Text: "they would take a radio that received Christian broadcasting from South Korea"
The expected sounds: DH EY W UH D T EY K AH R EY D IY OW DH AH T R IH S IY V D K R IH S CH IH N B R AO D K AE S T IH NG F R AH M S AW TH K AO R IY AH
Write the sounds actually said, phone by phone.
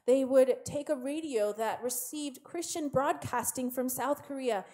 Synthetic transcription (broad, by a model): DH EY W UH D T EY K AH R EY D IY OW DH AH T R IH S IY V D K R IH S CH IH N B R AO D K AE S T IH NG F R AH M S AW TH K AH R IY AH